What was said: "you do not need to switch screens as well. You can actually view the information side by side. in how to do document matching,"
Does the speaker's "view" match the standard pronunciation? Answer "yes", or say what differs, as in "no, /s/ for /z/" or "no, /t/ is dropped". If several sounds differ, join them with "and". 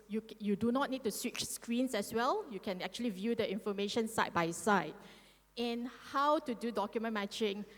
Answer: yes